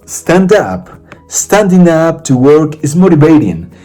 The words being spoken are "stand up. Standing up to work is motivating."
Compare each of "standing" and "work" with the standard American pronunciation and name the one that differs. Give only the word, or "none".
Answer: none